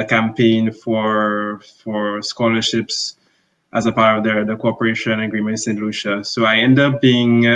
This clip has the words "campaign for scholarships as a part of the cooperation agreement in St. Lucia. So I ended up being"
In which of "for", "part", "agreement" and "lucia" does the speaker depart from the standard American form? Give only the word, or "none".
none